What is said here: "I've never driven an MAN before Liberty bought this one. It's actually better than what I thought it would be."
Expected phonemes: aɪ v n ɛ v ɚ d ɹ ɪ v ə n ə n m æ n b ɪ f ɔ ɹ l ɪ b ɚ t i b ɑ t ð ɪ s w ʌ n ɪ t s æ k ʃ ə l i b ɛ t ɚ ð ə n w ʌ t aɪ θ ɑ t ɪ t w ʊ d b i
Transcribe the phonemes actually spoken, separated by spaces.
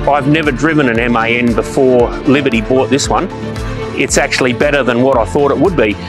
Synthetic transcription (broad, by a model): aɪ v n ɛ v ɚ d ɹ ɪ v ə n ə n m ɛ n b ɪ f ɔ ɹ l ɪ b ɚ t i b ɑ t ð ɪ s w ʌ n ɪ t s æ k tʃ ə l i b ɛ t ɚ ð ə n w ʌ t aɪ θ ɑ t ɪ t w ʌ d b i